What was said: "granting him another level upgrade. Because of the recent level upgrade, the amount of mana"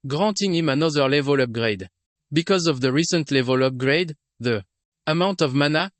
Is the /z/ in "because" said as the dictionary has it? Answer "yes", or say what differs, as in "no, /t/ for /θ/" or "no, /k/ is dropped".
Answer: yes